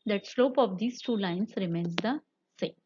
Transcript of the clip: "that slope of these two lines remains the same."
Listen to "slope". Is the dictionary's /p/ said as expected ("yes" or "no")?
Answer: yes